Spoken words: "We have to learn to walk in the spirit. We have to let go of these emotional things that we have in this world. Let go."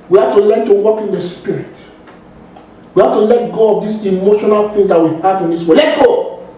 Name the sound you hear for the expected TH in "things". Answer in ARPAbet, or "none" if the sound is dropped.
F